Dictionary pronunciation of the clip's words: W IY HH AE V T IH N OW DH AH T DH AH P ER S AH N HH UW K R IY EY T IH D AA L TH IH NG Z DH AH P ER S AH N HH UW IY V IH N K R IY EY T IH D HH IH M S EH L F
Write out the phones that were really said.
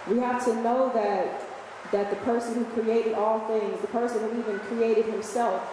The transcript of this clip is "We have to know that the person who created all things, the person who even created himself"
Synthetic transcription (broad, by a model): W IY HH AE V T IH N OW DH AH T DH AH P ER S AH N HH UW K R IY EY T IH D AA L TH IH NG Z DH AH P ER S AH N HH UW IY V IH N K R IY EY T IH D HH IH M S EH L F